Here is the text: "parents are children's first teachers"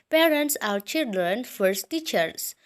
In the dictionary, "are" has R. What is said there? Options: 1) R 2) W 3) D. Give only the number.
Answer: 2